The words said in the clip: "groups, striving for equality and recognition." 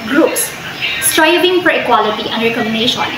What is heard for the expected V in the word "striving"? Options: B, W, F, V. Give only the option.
B